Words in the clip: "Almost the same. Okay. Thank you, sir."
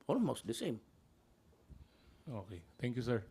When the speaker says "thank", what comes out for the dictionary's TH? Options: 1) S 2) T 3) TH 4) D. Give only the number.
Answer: 2